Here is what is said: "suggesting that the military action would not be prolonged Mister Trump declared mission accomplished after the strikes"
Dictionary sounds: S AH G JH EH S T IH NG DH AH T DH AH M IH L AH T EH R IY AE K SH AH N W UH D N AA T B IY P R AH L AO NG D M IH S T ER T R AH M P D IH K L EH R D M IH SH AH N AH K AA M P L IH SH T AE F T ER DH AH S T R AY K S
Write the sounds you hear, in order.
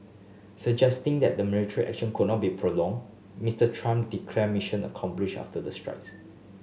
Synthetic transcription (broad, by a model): S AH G JH EH S T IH NG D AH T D AH M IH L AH T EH R IY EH K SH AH N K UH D N AA T B IY P R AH L AO NG M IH S T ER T R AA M D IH K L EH M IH SH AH N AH K AA M P L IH SH AA F T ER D AH S T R AY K S